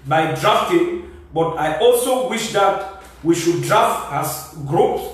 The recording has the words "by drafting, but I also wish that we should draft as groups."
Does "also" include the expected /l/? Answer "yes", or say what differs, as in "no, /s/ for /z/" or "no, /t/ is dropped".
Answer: yes